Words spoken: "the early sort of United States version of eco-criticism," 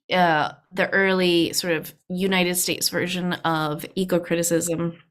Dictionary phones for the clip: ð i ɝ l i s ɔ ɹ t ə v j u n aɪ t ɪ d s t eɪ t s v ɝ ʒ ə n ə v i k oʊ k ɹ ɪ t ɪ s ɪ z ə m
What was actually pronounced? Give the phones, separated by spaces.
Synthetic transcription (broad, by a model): ð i ɝ l i s ɔ ɹ t ə v j u n aɪ t ɪ d s t eɪ t s v ɝ ʒ ə n ə v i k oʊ k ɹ ɪ t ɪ s ɪ z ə m